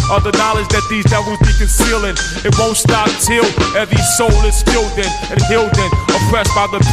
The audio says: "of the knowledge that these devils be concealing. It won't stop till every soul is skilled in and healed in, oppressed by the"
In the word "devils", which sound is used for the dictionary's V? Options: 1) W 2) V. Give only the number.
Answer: 1